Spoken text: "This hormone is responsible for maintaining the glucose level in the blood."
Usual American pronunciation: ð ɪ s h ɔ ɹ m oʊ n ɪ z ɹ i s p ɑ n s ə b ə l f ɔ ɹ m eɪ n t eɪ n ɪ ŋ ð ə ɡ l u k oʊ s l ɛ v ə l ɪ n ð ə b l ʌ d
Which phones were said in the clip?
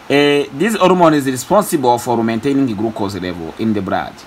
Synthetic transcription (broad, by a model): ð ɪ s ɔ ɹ m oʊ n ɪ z ɹ i s p ɑ n s ə b ə l f ɔ ɹ m eɪ n t eɪ n ɪ ŋ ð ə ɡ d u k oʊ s l ɛ v ə l ɪ n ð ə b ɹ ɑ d